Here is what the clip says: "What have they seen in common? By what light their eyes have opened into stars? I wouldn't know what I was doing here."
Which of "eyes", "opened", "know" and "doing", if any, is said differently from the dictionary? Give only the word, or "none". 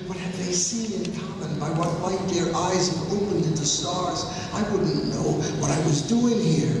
none